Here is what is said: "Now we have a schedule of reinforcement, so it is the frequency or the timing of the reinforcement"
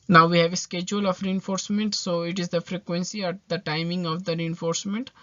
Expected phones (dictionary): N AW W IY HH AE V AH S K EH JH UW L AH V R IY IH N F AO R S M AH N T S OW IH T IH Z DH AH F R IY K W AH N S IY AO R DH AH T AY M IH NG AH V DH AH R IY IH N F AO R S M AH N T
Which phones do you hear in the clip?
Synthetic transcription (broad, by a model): N AW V IY HH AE V AH S K EH JH UW L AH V R IY IH N F AO R S M AH N T S OW IH T IH Z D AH F R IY K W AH N S IY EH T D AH T AY M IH NG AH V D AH R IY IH N F AO R S M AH N T